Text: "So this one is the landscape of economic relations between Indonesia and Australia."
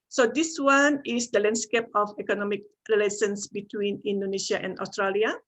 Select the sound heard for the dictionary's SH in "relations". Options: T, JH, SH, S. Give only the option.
S